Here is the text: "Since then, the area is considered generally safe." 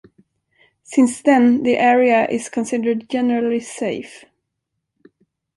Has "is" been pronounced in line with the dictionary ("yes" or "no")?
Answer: no